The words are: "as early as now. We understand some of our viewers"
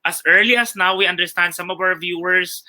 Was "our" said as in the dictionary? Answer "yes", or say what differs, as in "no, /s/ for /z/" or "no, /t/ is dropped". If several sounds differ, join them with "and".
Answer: no, /w/ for /ɹ/